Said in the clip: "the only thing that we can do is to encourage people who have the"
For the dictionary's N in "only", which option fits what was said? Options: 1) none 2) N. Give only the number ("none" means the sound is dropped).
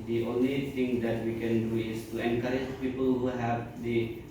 2